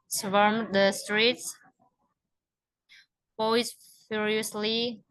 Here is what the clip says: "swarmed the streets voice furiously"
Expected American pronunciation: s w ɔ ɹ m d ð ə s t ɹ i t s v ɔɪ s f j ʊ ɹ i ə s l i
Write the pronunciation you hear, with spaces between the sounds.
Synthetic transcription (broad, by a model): s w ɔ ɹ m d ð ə s t ɹ i t s p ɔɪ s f j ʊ ɹ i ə s l i